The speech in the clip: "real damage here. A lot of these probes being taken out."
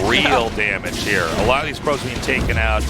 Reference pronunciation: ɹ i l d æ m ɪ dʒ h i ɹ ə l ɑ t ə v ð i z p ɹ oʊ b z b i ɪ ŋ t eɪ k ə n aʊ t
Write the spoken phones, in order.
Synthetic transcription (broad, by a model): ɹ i l d æ m ɪ dʒ h i ɹ ə l ɑ t ə v ð i z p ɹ oʊ z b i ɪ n t eɪ k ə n aʊ t